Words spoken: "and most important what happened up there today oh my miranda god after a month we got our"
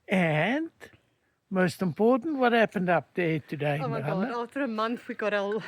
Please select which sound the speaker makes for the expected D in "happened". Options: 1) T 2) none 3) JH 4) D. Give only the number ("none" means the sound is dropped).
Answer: 4